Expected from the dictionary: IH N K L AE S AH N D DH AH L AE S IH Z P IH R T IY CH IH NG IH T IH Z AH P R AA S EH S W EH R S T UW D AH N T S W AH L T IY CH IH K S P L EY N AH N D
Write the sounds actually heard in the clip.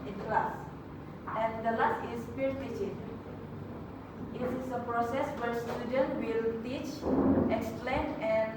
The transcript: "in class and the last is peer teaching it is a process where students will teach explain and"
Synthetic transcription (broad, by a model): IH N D L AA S AH N D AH L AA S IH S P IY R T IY CH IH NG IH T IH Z AH P R AA S EH S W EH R S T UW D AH N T W AH L T IY CH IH K S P L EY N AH N